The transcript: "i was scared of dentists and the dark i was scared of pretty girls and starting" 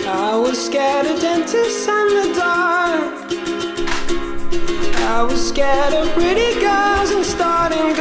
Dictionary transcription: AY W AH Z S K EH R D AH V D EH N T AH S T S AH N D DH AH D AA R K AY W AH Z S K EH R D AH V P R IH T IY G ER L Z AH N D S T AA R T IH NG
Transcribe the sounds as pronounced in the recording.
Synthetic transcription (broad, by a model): AY W AH Z S K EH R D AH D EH N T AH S S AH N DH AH D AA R AY W AH Z S K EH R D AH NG P R IH T IY G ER Z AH N S T AA R T IH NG